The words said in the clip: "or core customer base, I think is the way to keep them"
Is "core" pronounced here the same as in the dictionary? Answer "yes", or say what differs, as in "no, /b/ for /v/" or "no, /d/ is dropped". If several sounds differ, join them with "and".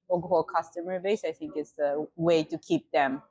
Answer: no, /l/ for /ɹ/